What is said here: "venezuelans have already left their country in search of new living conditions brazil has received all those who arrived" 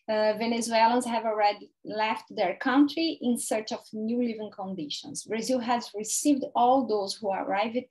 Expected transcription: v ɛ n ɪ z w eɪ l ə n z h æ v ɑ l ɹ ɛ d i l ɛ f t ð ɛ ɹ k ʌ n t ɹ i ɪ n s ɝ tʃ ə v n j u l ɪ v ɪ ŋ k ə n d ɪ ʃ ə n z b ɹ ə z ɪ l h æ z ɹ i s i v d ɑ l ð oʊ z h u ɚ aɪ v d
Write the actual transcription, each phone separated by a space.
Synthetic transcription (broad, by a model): v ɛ n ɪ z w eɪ l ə n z h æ v ɑ l ɹ ɛ d i l ɛ f t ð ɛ ɹ k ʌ n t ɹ i ɪ n s ɝ tʃ ə v n j u l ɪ v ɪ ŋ k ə n d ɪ ʃ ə n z b ɹ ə z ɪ l h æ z ɹ i s i v d ɑ l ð oʊ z h u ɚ aɪ v